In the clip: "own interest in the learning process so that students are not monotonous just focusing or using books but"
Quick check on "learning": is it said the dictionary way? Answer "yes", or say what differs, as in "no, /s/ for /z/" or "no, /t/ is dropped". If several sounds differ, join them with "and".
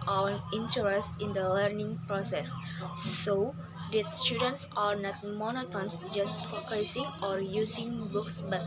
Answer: yes